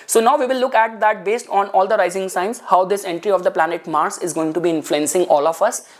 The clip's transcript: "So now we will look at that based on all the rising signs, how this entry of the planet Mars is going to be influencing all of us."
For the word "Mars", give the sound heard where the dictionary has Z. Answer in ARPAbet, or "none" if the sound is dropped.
S